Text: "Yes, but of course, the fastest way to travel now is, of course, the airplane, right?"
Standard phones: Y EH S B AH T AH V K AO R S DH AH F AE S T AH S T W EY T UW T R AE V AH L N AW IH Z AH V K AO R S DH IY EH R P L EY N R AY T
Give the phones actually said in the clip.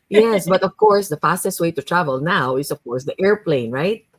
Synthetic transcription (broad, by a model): Y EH S B AH T AH V K AO R S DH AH F AE S T AH S T W EY T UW T R AE V AH L N AW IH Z AH V K AO R S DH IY EH R P L EY N R AY T